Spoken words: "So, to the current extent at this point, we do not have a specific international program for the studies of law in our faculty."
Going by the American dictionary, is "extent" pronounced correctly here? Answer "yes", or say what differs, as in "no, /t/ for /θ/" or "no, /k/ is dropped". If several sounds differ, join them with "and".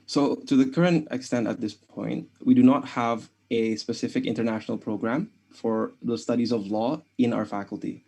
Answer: yes